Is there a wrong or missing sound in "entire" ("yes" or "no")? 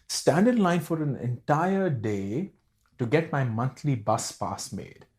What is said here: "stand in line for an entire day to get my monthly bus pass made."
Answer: no